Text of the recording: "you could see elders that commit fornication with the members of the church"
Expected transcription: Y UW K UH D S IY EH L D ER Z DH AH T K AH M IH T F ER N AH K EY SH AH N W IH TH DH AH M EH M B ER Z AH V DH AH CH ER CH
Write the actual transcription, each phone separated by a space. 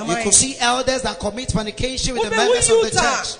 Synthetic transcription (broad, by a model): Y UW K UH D S IY EH L D ER Z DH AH T K AH M IH T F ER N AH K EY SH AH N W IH DH AH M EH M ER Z AH V DH AH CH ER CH